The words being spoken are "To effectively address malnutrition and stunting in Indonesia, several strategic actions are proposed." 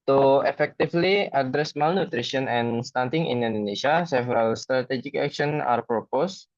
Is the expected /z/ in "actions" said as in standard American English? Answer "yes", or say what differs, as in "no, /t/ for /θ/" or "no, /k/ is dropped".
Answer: no, /z/ is dropped